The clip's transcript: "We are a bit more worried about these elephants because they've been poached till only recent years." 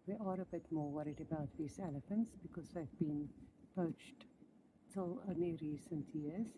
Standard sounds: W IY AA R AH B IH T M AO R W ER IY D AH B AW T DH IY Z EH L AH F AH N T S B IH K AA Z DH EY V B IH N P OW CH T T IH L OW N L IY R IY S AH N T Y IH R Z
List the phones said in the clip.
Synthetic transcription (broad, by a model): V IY AA R AH B IH T M AO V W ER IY D AH B AW T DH IY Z EH L AH F AH N T S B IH K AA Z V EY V B IH N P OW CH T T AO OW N IY R IY S AH N T Y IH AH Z